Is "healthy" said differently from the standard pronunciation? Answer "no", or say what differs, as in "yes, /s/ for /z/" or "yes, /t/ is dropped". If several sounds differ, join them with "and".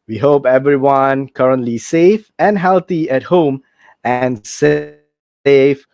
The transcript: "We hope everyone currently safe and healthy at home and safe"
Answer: yes, /t/ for /θ/